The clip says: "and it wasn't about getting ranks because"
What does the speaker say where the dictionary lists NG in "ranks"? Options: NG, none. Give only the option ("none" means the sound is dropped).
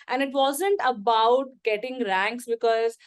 NG